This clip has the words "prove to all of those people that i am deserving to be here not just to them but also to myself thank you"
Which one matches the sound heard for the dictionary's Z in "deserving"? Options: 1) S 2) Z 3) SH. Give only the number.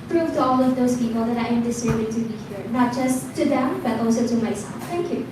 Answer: 1